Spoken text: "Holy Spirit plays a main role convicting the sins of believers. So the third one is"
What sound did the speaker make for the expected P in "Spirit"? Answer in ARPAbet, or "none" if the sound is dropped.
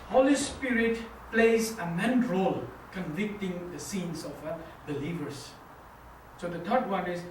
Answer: P